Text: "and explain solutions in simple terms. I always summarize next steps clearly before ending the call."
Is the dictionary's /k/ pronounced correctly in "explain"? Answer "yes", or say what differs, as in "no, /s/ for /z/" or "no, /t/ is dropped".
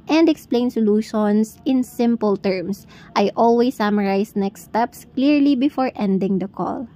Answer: yes